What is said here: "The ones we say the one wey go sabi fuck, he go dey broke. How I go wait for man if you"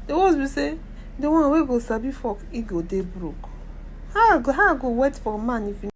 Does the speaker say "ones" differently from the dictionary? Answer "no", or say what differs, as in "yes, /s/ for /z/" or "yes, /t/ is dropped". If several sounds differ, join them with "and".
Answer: yes, /n/ is dropped